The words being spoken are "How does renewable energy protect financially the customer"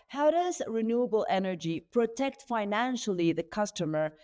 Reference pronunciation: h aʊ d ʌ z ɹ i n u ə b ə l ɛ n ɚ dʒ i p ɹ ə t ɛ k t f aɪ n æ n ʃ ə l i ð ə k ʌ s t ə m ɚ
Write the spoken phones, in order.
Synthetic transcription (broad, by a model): h aʊ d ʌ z ɹ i n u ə b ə l ɛ n ɚ dʒ i p ɹ ə t ɛ k t f aɪ n æ n ʃ ə l i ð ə k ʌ s t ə m ɚ